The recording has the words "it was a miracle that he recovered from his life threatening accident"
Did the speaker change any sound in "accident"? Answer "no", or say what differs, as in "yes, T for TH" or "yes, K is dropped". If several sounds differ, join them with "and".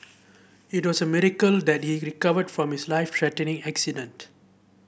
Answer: no